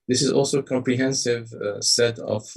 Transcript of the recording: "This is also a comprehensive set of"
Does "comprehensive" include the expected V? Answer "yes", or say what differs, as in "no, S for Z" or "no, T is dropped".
yes